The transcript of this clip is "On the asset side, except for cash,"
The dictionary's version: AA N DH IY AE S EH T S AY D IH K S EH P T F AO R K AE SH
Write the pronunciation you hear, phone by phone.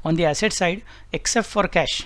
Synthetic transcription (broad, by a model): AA N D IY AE S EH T S AY D IH K S EH P T F AO R K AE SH